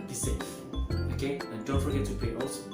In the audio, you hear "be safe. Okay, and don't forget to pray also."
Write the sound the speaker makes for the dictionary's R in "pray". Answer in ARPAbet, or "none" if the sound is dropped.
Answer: none